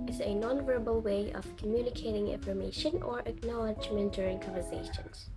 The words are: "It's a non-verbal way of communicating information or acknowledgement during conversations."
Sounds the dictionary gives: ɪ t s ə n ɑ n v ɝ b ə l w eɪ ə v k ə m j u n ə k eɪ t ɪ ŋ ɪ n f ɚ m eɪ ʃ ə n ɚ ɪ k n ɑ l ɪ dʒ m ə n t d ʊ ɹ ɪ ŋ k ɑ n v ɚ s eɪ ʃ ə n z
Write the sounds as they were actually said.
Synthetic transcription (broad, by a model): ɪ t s ə n ɑ n v ɝ b ə l w eɪ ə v k ə m j u n ə k eɪ t ɪ ŋ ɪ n f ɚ m eɪ ʃ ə n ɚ ɪ k n ɑ l ɪ dʒ m ə n t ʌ ɹ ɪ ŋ k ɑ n v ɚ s eɪ ʃ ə n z